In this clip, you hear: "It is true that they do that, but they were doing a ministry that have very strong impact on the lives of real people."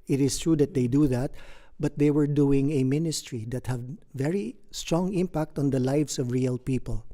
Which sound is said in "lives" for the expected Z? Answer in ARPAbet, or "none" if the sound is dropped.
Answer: S